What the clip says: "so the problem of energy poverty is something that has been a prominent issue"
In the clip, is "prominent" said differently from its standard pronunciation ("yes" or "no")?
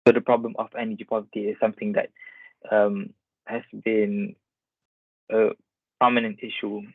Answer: yes